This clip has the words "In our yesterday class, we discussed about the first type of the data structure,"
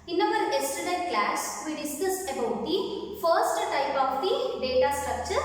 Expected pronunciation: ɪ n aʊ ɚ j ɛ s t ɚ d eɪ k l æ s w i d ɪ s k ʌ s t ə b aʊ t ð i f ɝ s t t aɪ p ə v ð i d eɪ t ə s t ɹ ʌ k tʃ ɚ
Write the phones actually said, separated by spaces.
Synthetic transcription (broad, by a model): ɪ n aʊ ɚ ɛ s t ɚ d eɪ k l æ s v i d ɪ s k ʌ s t ə b aʊ t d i f ɝ s t t aɪ p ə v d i d eɪ t ə s t ɹ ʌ k tʃ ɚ